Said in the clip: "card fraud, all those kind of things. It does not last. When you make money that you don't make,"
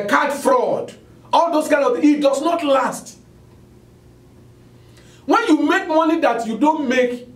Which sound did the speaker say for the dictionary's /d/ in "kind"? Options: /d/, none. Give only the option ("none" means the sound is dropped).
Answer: none